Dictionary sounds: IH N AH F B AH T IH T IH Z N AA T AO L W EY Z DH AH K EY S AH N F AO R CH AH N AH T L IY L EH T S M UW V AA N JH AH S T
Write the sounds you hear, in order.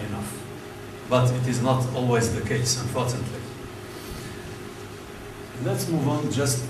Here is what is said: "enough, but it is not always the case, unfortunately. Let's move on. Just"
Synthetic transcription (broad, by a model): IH N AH F B AH T IH T IH Z N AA T AO L W EY Z DH AH K EY S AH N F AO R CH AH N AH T L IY L EH T S M UW V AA N JH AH S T